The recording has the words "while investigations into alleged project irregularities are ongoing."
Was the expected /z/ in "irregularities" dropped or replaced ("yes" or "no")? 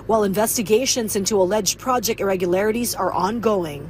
no